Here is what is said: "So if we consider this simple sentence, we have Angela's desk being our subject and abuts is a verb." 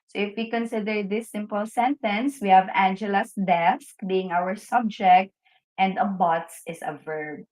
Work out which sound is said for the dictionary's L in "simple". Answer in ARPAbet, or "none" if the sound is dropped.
L